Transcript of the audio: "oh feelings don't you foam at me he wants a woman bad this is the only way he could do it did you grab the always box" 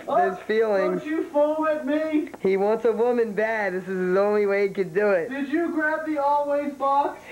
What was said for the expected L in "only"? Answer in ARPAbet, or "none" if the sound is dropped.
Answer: L